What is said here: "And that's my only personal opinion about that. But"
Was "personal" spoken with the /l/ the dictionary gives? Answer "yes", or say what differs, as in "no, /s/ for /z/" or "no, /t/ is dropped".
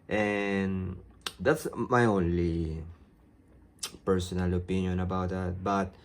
yes